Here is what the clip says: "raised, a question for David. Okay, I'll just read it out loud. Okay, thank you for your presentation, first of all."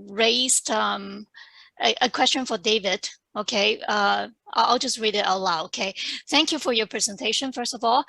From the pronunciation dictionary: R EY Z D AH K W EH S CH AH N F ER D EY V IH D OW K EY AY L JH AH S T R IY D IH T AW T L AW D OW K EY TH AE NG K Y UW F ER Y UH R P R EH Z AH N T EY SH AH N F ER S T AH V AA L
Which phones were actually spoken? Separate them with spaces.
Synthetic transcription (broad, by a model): R EY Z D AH K W EH S CH AH N F ER D EY V IH D OW K EY AY L JH AH S T R IY D IH T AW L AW OW K EY TH AE NG K Y UW F ER Y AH R P R EH Z AH N T EY SH AH N F ER S T AH V AA L